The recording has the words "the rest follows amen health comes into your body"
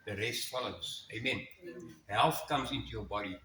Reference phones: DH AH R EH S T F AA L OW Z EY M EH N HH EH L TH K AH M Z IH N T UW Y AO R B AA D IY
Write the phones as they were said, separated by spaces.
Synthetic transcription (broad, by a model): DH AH R EH S T F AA L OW S EY M EH N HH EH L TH K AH M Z IH N T UW Y AO R B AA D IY